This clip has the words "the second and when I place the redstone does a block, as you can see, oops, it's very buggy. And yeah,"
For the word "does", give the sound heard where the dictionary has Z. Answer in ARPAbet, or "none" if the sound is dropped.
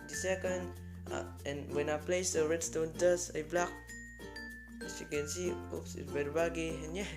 S